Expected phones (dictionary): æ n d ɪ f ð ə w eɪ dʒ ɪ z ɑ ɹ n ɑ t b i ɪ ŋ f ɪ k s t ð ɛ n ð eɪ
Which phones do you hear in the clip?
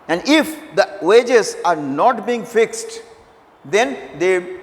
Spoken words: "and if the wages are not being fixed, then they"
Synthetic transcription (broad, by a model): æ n d ɪ f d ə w eɪ dʒ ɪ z ɑ ɹ n ɑ t b i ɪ ŋ f ɪ k s t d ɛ n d eɪ